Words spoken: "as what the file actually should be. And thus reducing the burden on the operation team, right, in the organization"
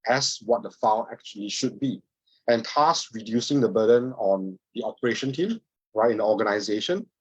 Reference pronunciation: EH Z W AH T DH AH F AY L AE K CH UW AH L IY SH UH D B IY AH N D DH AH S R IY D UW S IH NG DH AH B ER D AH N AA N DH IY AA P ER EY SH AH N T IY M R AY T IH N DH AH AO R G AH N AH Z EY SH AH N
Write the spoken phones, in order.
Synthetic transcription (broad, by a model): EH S W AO T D AH F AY N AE K CH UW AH L IY SH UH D B IY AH N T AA S R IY D UW S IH NG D AH B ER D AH N AA N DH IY AA P ER EY SH AH N T IY M R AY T IH N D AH AO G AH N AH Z EY SH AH N